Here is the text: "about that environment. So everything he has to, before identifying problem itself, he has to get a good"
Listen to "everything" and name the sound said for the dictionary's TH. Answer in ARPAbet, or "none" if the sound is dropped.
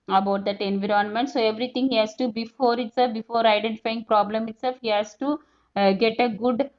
T